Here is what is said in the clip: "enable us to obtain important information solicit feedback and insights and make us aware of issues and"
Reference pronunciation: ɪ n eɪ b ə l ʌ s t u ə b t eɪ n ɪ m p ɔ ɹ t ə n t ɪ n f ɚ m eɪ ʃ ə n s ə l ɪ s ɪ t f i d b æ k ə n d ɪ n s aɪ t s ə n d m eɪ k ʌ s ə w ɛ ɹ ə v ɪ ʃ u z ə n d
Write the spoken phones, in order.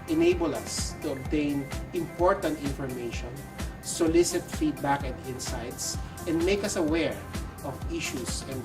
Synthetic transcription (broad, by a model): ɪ n eɪ b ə l ʌ s t u ə b t eɪ n ɪ m p ɔ ɹ t ə n t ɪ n f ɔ m eɪ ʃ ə n s ə l ɪ s ɪ t f i d b æ k ə n d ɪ n s aɪ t s ə n d m eɪ k ʌ s ə w ɛ ɹ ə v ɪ ʃ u s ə n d